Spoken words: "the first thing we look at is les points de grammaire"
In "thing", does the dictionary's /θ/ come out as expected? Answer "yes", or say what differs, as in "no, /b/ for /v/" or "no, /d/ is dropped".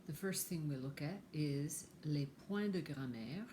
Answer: yes